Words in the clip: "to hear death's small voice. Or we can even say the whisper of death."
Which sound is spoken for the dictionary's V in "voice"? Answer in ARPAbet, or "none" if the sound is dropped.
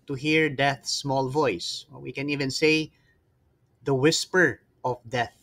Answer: V